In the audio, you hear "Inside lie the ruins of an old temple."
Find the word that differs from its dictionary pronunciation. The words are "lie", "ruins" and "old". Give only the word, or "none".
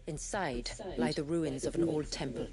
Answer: none